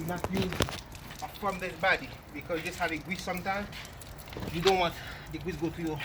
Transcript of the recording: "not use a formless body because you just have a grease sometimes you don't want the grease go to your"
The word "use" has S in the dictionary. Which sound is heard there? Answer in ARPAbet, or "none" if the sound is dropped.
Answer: none